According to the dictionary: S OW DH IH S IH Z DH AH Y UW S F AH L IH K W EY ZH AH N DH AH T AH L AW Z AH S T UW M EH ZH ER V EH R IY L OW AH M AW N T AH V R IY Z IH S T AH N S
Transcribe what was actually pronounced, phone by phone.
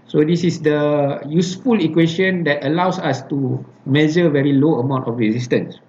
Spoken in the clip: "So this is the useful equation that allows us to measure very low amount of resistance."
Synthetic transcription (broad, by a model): S OW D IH S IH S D AH Y UW S F AH L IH K W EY SH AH N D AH T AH L AW S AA S T UW M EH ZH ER V EH R IY L OW AH M AW N T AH F R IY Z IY S T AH N S